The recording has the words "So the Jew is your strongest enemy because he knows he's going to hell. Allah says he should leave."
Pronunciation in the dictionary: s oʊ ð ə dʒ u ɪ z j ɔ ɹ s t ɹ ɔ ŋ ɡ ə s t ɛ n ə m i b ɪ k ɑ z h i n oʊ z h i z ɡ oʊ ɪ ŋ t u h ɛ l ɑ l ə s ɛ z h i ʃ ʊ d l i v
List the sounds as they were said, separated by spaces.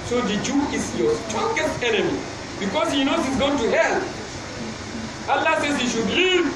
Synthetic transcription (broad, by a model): s oʊ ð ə dʒ u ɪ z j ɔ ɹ s t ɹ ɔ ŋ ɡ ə s t ɛ n ə m i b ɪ k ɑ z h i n oʊ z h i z ɡ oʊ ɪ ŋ t u h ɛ l ɑ l ə s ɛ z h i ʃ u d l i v